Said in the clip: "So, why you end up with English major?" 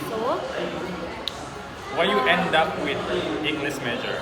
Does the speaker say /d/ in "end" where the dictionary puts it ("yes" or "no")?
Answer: yes